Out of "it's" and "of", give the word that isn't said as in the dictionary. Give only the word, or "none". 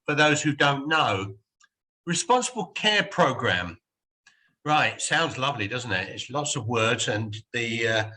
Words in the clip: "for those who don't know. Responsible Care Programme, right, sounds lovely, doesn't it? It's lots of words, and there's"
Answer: none